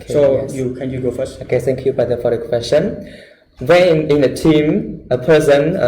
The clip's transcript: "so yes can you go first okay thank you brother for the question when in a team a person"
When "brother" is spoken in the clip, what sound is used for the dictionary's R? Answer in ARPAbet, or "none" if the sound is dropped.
none